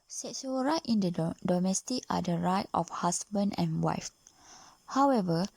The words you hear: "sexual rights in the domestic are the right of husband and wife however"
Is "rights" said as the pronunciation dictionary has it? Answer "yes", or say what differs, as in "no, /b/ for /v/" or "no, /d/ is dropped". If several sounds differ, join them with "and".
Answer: no, /s/ is dropped